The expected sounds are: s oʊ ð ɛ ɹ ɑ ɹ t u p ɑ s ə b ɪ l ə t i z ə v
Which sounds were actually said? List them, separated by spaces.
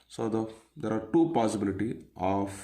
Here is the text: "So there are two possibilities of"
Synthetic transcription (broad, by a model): s oʊ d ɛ ɹ ɑ ɹ t u p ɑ s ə b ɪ l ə t i ə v